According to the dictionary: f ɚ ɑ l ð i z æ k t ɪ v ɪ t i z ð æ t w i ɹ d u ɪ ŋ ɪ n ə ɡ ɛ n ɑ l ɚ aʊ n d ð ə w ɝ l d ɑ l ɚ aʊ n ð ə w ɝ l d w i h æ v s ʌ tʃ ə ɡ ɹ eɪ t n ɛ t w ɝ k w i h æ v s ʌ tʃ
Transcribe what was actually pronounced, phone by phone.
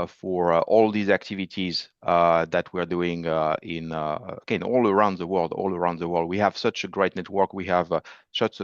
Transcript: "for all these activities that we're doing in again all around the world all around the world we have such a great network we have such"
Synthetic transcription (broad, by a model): f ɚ ɑ l ð i z æ k t ɪ v ɪ t i z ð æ t w i ɹ d u ɪ ŋ ɪ n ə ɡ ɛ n ɑ l ɚ aʊ n d ð ə w ɝ l d ɑ l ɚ aʊ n ð ə w ɝ l d w i h æ v s ʌ tʃ ə ɡ ɹ eɪ t n ɛ t w ɝ k w i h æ v s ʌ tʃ